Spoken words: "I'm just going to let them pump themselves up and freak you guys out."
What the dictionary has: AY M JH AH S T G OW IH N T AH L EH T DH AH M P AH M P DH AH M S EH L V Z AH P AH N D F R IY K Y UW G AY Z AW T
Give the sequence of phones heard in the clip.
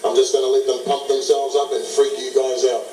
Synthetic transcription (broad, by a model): AY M JH AH S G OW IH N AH L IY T DH AH M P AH P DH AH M S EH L V Z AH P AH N F R IY K Y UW G AY Z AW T